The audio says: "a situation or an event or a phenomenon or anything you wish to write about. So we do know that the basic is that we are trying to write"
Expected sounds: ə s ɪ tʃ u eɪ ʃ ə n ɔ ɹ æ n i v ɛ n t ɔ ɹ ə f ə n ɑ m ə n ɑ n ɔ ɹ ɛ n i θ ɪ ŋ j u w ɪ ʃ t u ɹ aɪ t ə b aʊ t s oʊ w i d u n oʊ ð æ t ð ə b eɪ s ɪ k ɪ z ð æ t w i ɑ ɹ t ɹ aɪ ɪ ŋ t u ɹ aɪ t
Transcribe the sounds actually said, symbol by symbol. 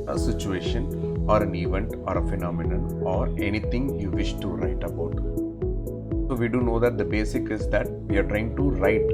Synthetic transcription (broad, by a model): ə s ɪ tʃ u eɪ ʃ ə n ɔ ɹ æ n i v ɛ n t ɔ ɹ ə f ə n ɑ m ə n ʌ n ɔ ɹ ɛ n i t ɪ ŋ j u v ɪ ʃ t u ɹ aɪ t ə b aʊ t s oʊ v i d u n oʊ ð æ t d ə b eɪ s ɪ k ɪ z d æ t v i ɑ ɹ t ɹ aɪ ɪ ŋ t u ɹ aɪ t